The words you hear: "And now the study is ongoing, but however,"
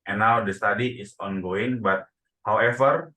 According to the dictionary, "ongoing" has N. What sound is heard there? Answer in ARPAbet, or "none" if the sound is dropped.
N